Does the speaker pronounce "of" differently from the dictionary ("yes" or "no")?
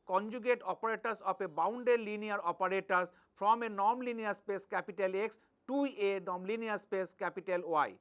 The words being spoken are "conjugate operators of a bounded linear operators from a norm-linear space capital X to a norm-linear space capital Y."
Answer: yes